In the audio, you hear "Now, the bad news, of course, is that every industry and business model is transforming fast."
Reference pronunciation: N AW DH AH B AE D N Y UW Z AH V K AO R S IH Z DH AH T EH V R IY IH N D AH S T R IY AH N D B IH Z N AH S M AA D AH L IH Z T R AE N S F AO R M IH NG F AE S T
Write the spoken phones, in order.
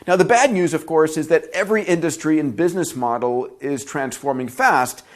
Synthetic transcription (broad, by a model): N AW DH AH B AE D N Y UW Z AH V K AO R S IH Z DH AH T EH V R IY IH N D AH S T R IY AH N B IH Z N AH S M AA D L IH Z T R AE N S F AO R M IH NG F AE S T